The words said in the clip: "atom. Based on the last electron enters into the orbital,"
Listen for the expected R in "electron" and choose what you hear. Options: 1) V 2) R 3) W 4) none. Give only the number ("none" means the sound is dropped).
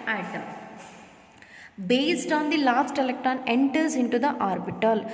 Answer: 4